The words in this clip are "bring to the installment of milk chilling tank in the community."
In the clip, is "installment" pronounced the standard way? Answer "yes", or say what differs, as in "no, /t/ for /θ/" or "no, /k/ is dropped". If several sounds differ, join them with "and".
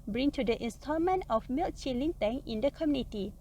no, /l/ is dropped